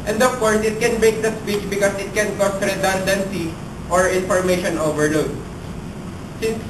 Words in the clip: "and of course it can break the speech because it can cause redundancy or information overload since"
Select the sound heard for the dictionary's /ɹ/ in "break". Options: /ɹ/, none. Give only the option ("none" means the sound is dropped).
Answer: none